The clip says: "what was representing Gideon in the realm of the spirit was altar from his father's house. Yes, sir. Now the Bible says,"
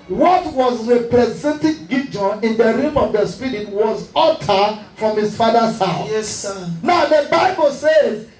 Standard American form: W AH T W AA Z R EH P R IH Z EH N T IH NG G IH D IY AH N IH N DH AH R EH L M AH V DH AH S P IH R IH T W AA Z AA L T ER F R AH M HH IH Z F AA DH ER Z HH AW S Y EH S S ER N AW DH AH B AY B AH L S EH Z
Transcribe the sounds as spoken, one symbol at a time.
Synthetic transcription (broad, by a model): W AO T W AA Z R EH P R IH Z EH N T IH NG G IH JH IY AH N IH N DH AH R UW M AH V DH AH S P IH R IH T W AA Z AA T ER F R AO M HH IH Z F AA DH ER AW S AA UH N AW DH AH B AY B AH L S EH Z